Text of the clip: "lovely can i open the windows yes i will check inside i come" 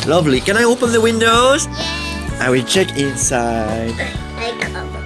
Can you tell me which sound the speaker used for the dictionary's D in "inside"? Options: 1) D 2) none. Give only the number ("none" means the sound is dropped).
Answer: 2